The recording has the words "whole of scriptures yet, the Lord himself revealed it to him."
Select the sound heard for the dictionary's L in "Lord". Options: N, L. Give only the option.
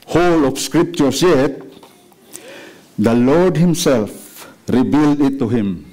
L